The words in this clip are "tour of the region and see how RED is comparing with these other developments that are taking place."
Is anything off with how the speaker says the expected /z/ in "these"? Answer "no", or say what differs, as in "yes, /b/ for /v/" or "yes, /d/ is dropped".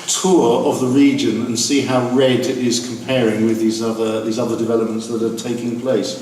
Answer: no